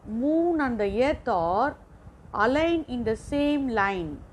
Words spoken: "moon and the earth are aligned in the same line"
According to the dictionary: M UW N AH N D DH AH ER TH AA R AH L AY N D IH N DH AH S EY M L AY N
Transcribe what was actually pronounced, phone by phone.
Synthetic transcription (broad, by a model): M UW N AH N D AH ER T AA R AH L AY N IH N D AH S EY M L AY N